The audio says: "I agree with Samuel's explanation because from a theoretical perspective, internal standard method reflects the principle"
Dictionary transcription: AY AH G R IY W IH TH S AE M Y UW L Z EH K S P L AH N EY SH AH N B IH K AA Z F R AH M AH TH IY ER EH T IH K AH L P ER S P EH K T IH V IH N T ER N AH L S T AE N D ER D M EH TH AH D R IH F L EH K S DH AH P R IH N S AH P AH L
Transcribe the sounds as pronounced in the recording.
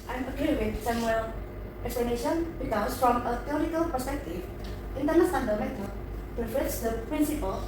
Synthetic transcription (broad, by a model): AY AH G R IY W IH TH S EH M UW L EH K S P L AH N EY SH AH N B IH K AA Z F R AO M AH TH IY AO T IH K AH L P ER S P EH K T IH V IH N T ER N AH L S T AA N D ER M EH T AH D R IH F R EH S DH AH P R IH N S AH P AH L